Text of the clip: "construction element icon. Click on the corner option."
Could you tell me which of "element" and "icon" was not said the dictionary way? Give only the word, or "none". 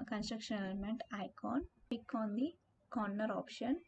element